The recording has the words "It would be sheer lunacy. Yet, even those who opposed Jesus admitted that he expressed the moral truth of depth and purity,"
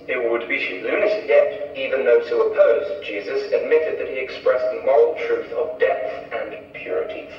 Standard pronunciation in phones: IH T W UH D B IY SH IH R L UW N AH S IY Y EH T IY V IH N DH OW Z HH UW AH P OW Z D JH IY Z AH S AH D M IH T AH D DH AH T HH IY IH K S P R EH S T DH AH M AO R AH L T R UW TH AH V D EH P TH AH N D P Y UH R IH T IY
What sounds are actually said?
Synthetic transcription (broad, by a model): IH T W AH D B IY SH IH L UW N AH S Y EH T IY V IH N DH OW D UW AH P OW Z JH IY Z AH S AH D M IH T AH D DH AH T HH IY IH K S P R EH S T DH AH M AO R L T R UW TH AH V D EH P TH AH N P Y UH R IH T IY